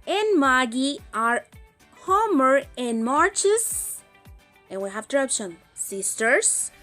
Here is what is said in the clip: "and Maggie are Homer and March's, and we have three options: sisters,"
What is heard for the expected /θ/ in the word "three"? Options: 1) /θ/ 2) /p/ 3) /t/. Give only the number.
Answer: 3